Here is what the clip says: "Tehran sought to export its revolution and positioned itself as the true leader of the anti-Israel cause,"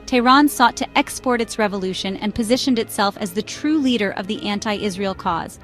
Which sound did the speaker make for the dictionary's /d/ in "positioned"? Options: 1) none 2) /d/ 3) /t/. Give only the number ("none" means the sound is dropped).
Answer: 2